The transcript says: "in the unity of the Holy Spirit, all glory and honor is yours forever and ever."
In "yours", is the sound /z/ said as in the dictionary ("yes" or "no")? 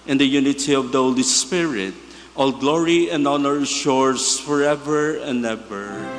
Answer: no